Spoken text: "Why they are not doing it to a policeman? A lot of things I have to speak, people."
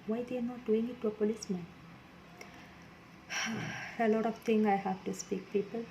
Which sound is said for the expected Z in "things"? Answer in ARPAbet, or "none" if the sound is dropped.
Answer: none